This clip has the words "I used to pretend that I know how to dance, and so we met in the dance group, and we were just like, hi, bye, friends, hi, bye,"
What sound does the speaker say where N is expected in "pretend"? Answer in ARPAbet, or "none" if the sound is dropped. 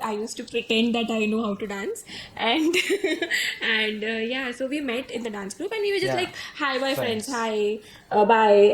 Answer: N